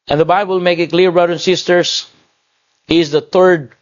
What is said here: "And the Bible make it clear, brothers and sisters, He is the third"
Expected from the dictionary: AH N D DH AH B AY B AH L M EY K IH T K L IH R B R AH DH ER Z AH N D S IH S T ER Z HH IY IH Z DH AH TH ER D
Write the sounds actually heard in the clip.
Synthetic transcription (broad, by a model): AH N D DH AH B AY B AH L M EY K IH T K L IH R B R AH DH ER AH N S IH S T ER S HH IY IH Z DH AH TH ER D